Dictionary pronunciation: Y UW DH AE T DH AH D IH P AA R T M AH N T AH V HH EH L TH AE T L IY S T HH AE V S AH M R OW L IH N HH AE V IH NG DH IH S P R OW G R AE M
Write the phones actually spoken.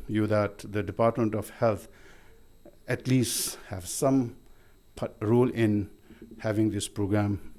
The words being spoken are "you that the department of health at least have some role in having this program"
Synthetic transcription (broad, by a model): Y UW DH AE T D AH D IH P AA R T M AH N T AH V HH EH L T AE T L IY S T HH AE V S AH M R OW L IH N HH AE V IH NG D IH S P R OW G R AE M